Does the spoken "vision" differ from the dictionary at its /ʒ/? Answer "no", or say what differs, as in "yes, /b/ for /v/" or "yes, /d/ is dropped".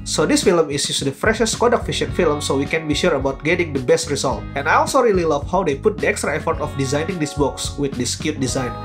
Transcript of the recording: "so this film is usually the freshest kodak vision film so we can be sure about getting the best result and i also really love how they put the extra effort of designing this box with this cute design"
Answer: yes, /ʃ/ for /ʒ/